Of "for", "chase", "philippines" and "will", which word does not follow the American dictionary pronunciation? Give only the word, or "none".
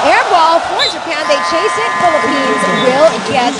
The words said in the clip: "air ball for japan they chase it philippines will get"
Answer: none